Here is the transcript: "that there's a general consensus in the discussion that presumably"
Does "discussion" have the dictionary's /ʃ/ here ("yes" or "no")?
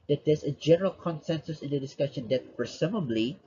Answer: yes